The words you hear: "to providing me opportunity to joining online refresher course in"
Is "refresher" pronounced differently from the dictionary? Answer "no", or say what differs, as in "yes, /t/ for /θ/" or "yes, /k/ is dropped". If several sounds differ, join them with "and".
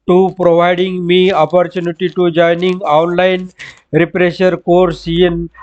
yes, /p/ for /f/